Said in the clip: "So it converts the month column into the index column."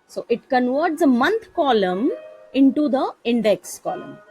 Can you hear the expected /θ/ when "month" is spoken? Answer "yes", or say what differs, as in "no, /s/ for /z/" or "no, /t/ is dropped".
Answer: no, /t/ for /θ/